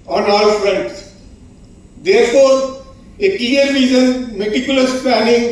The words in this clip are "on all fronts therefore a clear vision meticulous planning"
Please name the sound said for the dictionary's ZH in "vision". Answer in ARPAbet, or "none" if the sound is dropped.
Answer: Z